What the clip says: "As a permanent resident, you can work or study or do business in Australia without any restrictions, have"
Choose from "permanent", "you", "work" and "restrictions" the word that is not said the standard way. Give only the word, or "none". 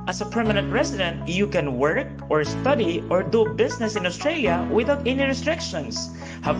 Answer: restrictions